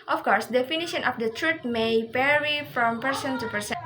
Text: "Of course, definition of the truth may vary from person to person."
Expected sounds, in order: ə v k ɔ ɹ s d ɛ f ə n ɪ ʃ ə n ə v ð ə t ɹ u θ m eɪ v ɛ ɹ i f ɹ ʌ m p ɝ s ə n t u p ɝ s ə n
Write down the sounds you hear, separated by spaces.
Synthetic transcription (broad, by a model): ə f k ɔ ɹ s d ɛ f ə n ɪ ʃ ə n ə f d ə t ɹ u t m eɪ p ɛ ɹ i f ɹ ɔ m p ɝ s ə n t u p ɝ s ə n